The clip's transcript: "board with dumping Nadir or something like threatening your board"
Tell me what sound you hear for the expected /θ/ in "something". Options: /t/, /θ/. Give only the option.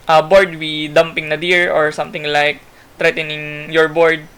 /t/